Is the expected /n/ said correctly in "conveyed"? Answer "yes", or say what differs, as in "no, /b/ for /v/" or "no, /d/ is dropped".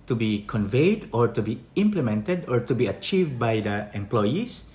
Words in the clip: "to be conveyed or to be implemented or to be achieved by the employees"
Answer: yes